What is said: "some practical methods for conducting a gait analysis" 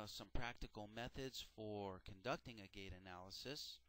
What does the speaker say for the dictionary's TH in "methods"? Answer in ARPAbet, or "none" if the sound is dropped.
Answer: TH